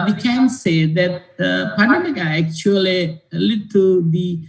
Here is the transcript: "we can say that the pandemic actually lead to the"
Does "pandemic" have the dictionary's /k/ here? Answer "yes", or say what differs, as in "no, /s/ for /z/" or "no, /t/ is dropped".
no, /k/ is dropped